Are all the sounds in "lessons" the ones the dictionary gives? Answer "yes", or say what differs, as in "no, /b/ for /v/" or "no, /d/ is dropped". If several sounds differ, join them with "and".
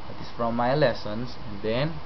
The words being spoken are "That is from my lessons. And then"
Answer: no, /s/ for /z/